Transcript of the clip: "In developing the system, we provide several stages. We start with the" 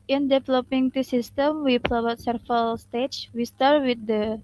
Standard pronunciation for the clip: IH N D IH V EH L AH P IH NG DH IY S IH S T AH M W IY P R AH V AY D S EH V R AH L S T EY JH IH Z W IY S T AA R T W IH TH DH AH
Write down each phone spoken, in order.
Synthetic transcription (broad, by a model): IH N D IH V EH L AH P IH NG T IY S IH S T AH M W IY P AH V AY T S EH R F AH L S T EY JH W IY S T AA R T W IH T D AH